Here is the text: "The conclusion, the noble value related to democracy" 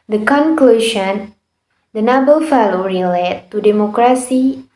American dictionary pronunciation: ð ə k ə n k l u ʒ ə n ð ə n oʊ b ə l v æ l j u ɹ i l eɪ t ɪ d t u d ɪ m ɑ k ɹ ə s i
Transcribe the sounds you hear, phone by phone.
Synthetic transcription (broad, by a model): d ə k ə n k l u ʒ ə n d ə n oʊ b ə l f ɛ l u ɹ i l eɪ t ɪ t u d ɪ m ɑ k ɹ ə s i